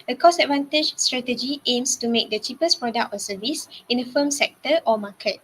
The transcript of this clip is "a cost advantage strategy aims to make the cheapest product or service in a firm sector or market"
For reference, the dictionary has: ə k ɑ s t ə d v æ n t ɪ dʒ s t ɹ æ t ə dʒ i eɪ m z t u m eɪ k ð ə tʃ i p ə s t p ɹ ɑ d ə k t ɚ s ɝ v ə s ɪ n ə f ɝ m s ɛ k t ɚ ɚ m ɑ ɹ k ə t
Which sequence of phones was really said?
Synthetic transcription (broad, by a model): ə k ɑ s ə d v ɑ n t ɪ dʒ s t ɹ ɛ t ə dʒ i eɪ m s t u m eɪ k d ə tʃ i p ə s p ɹ ɑ d ə k t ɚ s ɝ v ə s ɪ n ə f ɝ m s ɛ k t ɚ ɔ m ɑ k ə t